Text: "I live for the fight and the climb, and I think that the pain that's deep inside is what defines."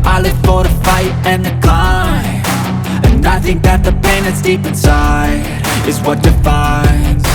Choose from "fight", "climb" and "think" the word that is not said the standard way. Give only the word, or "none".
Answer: climb